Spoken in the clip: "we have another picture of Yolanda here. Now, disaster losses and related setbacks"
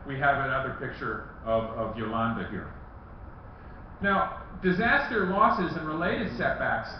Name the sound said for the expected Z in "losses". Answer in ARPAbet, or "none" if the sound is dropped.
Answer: Z